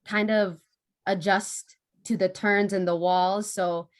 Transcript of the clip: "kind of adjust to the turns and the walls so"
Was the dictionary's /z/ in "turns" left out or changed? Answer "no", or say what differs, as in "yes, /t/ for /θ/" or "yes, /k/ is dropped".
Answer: no